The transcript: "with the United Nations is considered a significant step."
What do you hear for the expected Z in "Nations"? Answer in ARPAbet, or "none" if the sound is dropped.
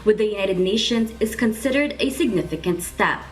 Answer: Z